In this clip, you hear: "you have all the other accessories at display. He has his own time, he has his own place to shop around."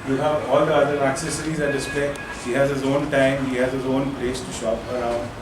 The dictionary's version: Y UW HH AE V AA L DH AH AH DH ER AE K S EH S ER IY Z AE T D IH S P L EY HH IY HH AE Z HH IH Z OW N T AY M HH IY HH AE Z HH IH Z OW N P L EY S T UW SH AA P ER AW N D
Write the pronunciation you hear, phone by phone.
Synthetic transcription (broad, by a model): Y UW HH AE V AA L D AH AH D ER AE K S EH S ER IY Z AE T D IH S P L EY HH IY HH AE Z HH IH Z OW N T AY M HH IY HH AE Z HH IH Z OW N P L EY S T UW SH AA P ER AW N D